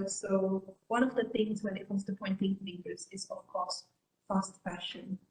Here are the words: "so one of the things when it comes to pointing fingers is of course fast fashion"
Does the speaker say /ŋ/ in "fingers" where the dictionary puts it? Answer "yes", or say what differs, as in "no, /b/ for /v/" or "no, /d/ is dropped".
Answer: no, /ŋ/ is dropped